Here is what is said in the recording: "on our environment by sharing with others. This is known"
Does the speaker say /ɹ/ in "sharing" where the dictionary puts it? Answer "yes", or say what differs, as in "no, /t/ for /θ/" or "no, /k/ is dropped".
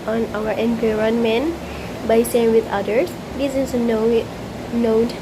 no, /ɹ/ is dropped